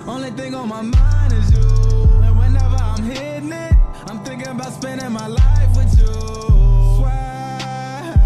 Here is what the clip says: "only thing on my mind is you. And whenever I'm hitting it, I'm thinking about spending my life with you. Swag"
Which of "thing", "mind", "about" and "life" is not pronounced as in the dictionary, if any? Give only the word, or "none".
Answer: none